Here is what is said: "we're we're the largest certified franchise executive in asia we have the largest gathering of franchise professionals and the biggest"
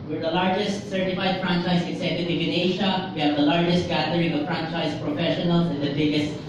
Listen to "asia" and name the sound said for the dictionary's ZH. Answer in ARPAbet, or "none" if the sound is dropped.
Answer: SH